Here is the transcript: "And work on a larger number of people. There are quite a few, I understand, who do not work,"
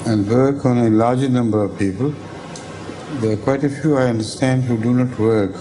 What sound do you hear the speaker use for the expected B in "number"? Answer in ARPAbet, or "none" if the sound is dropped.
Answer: B